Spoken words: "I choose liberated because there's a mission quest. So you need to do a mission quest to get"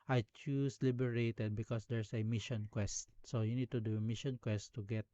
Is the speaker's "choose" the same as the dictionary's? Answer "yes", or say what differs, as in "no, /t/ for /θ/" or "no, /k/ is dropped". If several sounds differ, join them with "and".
no, /s/ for /z/